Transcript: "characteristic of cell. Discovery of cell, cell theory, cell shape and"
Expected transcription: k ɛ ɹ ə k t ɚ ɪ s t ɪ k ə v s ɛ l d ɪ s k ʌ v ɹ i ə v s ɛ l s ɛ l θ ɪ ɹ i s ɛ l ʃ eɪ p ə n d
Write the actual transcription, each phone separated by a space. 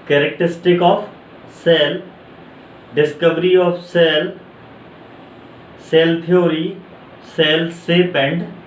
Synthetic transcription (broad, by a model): k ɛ ɹ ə k t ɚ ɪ s t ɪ k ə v s ɛ l d ɪ s k ʌ v ɹ i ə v s ɛ l s ɛ l t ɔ ɹ i s ɛ l s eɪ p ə n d